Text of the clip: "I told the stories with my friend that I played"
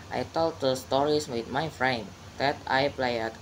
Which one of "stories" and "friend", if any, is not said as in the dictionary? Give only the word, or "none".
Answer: stories